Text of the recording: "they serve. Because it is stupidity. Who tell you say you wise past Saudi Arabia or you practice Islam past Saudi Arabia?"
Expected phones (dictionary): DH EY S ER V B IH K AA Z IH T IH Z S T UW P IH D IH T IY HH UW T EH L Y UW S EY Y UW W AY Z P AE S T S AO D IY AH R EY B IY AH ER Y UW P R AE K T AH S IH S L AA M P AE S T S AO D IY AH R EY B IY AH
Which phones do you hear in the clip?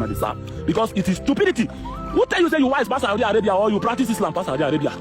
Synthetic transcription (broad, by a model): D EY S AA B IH K AA S IH T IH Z S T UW P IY D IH T IY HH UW T EH L Y UW S EY Y UW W AY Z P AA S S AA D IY AH R EY B IY AH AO Y UW P R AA K T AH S IH S L AA M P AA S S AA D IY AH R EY B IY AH